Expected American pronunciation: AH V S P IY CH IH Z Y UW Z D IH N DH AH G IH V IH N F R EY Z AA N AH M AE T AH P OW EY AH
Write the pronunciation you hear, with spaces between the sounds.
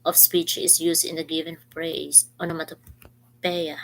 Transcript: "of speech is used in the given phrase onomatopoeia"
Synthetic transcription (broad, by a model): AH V S P IY CH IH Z Y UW S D IH N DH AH G IH V IH N P R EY S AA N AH M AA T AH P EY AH